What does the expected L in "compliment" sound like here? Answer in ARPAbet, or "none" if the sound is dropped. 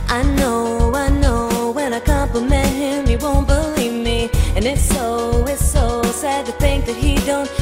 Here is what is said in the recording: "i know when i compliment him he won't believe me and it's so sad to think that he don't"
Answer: none